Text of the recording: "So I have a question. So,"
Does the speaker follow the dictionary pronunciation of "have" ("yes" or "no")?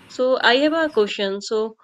no